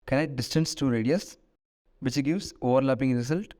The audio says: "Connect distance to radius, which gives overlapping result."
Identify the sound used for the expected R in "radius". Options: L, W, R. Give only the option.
R